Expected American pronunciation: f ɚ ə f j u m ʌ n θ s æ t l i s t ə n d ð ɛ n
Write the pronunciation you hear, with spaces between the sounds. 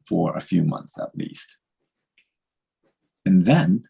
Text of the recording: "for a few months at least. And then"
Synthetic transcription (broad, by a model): f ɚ ə f j u m ʌ n θ s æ t l i s t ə n ð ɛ n